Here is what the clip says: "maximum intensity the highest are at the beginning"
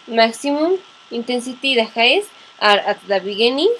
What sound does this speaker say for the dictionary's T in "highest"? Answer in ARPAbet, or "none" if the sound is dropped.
none